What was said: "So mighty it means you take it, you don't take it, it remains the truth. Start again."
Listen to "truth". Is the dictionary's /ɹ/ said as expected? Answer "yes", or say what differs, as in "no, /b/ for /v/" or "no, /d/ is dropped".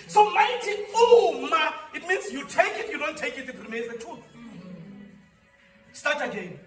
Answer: no, /ɹ/ is dropped